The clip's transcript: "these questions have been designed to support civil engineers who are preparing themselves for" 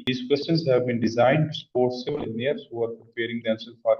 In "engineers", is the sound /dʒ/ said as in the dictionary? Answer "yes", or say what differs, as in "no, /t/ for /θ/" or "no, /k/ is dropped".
no, /dʒ/ is dropped